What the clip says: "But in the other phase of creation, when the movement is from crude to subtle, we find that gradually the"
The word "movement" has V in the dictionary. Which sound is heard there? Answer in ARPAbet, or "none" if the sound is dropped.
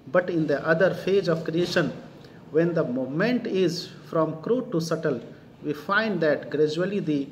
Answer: none